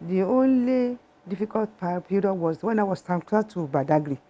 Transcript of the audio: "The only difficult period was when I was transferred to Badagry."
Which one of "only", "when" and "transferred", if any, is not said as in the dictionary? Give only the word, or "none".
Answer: transferred